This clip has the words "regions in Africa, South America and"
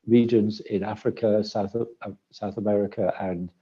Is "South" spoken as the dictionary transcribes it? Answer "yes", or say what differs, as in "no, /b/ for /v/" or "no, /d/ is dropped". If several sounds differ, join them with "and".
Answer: yes